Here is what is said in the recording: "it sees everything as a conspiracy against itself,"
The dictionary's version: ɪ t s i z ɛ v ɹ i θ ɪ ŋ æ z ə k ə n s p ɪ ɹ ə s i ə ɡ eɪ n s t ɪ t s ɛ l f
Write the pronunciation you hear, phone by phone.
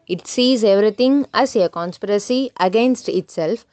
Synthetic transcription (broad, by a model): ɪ t s i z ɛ v ɹ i t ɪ ŋ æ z ə k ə n s p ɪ ɹ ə s i ə ɡ eɪ n s t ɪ t s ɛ l f